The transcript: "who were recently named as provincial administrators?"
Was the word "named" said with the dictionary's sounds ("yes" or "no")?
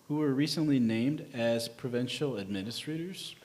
yes